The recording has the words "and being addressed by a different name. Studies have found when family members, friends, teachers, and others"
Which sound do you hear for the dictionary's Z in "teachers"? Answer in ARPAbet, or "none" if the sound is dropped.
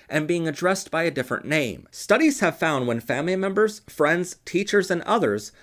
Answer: Z